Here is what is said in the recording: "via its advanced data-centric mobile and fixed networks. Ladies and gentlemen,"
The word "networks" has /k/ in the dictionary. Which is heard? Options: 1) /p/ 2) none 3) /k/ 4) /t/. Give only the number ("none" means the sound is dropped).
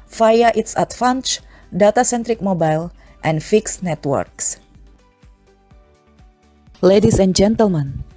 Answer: 3